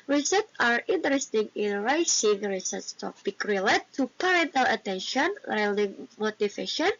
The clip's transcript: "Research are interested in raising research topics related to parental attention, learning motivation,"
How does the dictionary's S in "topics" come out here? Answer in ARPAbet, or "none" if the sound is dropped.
none